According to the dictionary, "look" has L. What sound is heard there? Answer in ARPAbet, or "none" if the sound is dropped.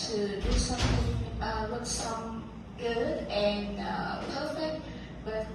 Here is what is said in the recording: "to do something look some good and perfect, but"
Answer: W